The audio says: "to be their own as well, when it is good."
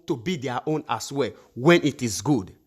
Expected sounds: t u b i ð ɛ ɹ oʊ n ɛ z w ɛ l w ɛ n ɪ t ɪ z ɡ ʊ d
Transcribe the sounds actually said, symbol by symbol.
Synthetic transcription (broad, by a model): t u b i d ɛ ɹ oʊ n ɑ s w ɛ w ɛ n ɪ t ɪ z ɡ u d